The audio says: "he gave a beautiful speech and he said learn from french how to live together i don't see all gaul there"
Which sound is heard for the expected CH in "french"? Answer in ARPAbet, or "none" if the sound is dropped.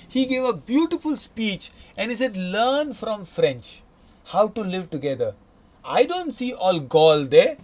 CH